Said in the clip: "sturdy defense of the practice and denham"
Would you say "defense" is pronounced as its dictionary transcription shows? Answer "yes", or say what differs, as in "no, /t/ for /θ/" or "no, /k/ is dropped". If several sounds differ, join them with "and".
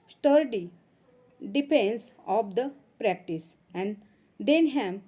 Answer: no, /p/ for /f/